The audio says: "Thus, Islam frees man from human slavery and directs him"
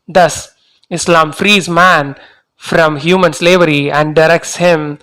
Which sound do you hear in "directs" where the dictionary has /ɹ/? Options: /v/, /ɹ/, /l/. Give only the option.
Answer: /ɹ/